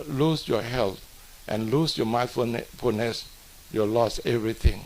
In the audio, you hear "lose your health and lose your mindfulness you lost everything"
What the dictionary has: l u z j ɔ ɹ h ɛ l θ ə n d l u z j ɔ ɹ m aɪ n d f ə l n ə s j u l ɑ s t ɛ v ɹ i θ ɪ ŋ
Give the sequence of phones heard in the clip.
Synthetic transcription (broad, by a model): l u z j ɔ h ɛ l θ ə n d l u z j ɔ m aɪ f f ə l n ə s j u l ɑ s ɛ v ɹ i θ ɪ ŋ